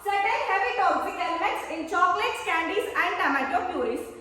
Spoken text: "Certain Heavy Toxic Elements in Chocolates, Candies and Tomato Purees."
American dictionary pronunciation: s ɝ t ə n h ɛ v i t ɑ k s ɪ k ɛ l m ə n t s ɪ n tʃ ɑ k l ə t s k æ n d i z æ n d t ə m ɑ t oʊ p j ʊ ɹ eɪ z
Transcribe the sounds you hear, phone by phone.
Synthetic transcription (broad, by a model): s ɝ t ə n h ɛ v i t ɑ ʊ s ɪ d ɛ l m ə t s ɪ n tʃ ɑ k l ə t s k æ n d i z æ n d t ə m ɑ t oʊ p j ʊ ɹ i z